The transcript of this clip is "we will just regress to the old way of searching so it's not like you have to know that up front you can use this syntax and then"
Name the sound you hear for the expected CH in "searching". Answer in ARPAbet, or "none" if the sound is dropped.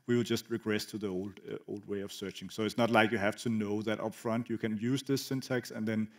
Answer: CH